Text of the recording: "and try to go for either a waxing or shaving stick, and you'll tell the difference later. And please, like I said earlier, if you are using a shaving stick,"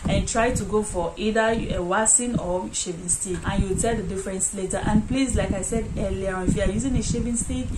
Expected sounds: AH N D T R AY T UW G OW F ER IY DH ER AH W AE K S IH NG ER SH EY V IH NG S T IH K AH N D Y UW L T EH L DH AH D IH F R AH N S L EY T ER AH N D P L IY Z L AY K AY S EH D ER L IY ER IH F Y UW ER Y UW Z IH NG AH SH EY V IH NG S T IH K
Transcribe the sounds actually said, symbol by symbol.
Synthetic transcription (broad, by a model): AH N T R AY T UW G OW F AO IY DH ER AH W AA S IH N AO SH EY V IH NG S T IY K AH N Y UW W T EH L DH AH D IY F R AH N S L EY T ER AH N P L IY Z L AY K AY S EH D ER L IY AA IH F Y UW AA Y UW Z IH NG AH SH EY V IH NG S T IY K